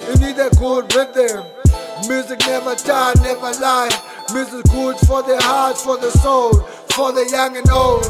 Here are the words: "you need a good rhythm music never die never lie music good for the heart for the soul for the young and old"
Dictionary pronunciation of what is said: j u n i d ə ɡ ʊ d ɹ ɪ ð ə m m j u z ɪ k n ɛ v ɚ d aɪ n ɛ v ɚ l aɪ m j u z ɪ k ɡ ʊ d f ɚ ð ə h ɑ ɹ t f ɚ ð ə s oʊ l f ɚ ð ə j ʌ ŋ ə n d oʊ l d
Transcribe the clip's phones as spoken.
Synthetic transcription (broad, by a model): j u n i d ə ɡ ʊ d w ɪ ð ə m m j u z ɪ k n ɛ v ɚ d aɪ n ɛ v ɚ l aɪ m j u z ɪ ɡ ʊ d f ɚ ð ə h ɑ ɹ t f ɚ ð ə s oʊ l f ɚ ð ə j ʌ ŋ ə n oʊ l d